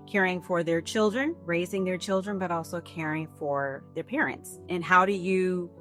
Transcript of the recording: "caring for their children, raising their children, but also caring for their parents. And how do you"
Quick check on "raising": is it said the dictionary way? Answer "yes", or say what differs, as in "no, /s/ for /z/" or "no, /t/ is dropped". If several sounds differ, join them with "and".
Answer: yes